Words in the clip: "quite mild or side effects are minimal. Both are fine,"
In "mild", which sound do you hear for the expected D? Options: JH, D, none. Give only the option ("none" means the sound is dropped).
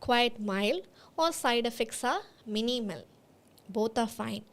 none